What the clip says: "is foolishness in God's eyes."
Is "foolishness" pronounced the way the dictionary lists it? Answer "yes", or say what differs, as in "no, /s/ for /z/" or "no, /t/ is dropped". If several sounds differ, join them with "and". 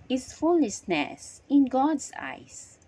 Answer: no, /s/ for /ʃ/